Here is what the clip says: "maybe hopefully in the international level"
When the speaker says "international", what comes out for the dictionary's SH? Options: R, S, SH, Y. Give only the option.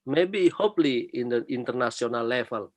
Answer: S